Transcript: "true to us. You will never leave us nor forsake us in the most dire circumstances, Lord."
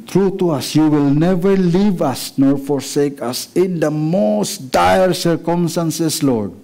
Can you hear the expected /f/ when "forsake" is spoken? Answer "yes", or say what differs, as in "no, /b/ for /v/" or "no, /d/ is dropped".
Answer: yes